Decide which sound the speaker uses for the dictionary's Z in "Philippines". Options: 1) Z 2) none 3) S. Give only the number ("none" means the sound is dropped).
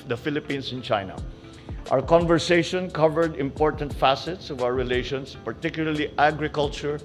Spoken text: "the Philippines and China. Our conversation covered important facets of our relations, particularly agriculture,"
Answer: 3